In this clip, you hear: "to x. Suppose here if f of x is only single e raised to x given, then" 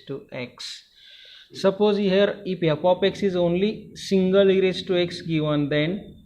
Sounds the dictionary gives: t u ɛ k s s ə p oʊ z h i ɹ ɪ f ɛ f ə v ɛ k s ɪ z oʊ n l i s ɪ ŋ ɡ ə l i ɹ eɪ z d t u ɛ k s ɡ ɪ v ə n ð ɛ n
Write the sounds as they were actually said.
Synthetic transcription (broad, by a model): t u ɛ k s s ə p oʊ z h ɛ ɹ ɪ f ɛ p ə p ɛ k s ɪ z oʊ n l i s ɪ ŋ ɡ ə l i ɹ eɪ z t u ɛ k s ɡ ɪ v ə n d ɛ n